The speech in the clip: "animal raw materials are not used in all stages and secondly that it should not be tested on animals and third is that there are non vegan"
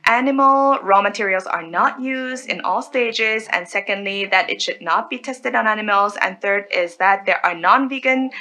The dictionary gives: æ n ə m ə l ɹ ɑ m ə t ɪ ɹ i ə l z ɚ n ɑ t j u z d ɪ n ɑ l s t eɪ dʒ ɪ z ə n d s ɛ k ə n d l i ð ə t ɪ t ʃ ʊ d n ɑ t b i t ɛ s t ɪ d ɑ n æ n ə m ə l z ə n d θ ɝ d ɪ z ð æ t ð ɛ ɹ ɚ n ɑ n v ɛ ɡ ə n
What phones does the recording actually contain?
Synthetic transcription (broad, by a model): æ n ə m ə l ɹ ɑ m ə t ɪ ɹ i l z ɚ n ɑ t j u z d ɪ n ɑ l s t eɪ dʒ ɪ z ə n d s ɛ k ə n d l i ð ə t ɪ t ʃ ʊ d n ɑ t b i t ɛ s t ɪ d n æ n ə m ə l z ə n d θ ɝ d ɪ z ð æ t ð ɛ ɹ ɚ n ɑ n v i ɡ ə n